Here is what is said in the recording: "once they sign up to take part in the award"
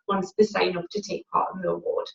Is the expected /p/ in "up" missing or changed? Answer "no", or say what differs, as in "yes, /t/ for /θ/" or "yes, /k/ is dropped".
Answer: yes, /f/ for /p/